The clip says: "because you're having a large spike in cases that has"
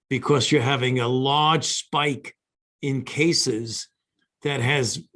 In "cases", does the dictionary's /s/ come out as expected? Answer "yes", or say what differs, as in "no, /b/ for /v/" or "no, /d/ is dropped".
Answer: yes